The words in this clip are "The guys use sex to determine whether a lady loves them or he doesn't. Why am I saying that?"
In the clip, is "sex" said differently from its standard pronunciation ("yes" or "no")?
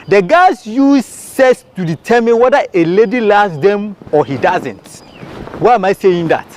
yes